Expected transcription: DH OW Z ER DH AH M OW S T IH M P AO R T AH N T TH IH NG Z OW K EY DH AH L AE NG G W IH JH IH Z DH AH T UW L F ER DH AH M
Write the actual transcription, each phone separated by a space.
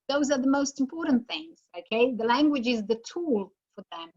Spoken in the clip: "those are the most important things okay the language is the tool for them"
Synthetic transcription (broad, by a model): DH OW Z ER DH AH M OW S T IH M P AO R T N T TH IH NG Z OW K EY DH AH L AE NG G W IH JH IH Z DH AH T UW L F ER DH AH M